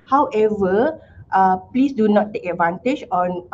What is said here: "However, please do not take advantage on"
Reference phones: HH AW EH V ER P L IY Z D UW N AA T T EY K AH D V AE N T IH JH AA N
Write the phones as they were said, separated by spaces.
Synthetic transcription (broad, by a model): HH AW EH V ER P L IY S D UW N AA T T EY K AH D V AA N T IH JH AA N